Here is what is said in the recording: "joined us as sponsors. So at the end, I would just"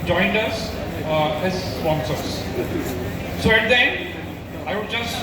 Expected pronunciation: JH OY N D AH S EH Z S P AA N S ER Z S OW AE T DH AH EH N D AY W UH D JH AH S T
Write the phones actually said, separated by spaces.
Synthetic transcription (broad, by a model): JH OY N D AH S EH Z S P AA N S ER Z S OW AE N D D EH N AY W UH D JH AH S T